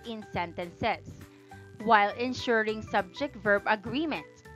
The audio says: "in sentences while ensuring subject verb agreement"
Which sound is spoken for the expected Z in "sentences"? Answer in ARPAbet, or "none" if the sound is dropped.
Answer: S